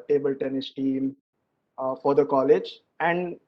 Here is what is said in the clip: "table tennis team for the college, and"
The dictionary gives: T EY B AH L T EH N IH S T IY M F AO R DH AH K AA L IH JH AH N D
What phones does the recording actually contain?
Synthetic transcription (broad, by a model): T EY B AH L T EH N IH S T IY M F AO R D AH K AA L IH JH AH N D